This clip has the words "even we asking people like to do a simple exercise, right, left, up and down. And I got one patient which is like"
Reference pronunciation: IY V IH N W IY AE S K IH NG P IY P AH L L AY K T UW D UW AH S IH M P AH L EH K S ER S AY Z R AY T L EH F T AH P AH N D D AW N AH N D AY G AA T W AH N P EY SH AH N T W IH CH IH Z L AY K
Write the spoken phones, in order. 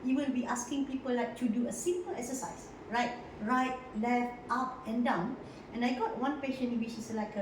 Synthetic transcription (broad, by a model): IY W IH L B IY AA S K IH NG P IY P AH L L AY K T UW D UW AH S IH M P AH L EH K S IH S AY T R AY T L EH F T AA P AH N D D AW N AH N AY G AA T W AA N P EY SH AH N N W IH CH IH S L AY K